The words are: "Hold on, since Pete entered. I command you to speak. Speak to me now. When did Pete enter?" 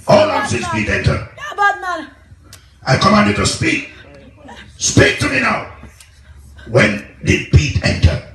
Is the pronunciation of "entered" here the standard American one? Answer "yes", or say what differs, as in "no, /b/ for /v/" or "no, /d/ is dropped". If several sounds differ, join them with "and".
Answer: no, /d/ is dropped